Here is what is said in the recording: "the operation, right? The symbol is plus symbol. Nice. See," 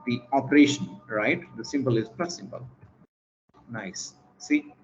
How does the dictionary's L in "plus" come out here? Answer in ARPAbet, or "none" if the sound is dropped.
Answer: none